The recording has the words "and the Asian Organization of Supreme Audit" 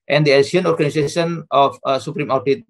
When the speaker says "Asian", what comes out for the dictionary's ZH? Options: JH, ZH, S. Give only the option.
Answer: S